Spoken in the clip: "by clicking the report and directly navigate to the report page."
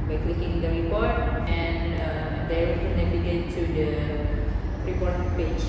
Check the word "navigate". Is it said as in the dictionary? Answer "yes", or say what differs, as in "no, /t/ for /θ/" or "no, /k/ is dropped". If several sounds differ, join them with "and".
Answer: no, /b/ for /v/